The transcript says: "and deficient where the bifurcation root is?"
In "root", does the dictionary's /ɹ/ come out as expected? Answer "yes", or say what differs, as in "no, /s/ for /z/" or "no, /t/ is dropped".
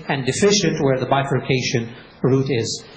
yes